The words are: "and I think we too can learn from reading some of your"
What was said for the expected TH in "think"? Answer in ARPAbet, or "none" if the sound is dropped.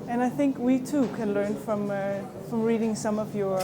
TH